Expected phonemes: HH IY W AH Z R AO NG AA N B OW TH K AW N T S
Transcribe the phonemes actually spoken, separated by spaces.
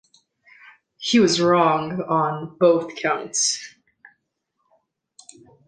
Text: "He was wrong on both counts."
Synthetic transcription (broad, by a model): HH IY W AH Z R AO NG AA N B OW TH K AW N T S